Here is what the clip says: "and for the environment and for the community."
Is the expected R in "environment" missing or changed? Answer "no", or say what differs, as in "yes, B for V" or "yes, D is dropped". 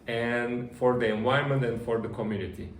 yes, R is dropped